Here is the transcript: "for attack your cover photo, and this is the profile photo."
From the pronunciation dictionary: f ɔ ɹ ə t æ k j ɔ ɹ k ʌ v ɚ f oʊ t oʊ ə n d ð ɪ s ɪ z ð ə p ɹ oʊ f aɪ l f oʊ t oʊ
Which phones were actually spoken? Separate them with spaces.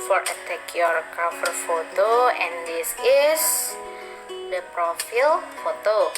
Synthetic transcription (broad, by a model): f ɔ ɹ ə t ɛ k j ɔ ɹ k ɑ f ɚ f oʊ t oʊ ə n d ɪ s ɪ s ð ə p ɹ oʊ f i l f oʊ t oʊ